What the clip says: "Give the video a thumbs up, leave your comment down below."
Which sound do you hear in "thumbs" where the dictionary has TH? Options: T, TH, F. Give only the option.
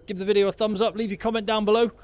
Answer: TH